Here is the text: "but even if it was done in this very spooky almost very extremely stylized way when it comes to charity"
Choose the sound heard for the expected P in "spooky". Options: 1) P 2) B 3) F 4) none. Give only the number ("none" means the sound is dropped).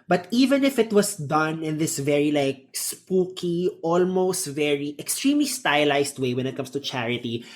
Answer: 1